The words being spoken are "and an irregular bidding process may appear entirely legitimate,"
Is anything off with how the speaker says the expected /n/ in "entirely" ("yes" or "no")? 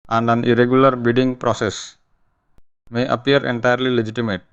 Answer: no